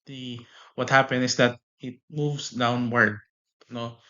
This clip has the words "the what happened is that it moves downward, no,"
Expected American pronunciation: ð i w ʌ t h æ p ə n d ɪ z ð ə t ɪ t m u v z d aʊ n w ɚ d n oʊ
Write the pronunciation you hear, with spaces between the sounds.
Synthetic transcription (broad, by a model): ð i w ʌ t h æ p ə n ɪ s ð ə t ɪ t m u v s d aʊ n w ɚ d n oʊ